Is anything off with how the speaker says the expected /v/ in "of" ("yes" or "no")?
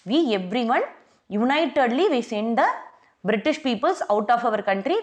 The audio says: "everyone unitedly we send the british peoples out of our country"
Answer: no